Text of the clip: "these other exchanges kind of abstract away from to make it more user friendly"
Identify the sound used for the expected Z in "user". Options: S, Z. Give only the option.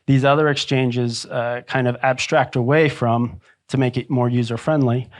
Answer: Z